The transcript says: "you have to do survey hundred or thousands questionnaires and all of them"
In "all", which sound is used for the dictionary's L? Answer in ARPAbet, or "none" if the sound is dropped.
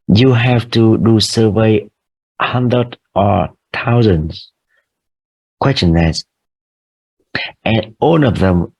N